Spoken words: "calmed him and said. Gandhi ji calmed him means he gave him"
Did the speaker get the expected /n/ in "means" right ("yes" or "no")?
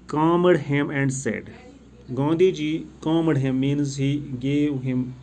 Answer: yes